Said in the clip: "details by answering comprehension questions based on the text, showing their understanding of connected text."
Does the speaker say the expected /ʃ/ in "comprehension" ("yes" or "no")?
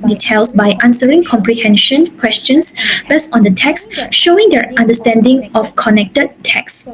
yes